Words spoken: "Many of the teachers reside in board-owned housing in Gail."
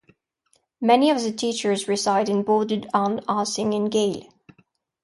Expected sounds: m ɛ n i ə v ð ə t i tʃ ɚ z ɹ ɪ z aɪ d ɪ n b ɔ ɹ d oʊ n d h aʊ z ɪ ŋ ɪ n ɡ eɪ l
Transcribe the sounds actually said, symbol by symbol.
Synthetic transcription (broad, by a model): m ɛ n i ə v ð ə t i tʃ ɚ z ɹ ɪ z aɪ d ɪ n b ɔ ɹ d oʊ d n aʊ s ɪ ŋ ɪ n ɡ eɪ l